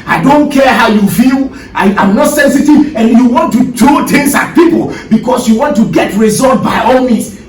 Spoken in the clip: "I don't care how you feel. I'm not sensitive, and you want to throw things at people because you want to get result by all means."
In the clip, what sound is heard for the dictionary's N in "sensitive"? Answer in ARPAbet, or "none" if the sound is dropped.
N